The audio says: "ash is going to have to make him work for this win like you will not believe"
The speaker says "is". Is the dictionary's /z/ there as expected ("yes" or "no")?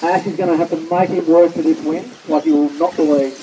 yes